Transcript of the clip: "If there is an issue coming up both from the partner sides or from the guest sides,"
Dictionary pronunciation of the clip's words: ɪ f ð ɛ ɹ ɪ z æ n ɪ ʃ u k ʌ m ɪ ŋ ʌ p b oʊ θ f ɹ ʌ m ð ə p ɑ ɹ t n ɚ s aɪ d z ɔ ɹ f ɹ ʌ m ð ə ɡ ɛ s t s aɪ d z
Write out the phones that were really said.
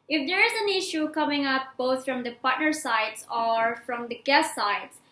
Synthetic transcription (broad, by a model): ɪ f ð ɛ ɹ ɪ z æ n ɪ ʃ u k ʌ m ɪ ŋ ʌ p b oʊ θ f ɹ ʌ m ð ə p ɑ ɹ t n ɚ s aɪ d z ɔ ɹ f ɹ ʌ m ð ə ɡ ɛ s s aɪ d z